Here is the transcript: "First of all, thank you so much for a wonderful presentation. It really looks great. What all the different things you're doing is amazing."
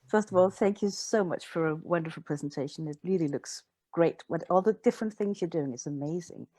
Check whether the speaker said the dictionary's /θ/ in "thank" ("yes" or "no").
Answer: yes